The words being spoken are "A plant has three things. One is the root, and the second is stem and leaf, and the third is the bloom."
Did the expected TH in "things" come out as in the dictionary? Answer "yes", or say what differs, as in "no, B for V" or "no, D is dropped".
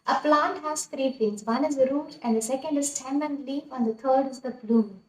no, F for TH